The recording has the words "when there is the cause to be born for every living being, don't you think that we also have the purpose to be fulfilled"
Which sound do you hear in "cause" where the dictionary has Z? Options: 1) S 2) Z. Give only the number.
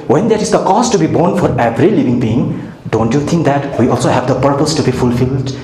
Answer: 1